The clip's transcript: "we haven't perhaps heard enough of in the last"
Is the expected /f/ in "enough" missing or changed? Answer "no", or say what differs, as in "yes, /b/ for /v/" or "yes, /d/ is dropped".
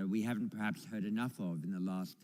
no